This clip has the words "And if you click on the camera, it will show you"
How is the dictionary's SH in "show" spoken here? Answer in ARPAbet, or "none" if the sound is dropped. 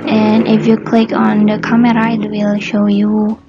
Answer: SH